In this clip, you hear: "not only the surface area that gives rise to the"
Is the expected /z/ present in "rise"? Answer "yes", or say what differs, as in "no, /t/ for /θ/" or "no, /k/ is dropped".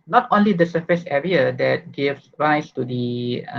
no, /s/ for /z/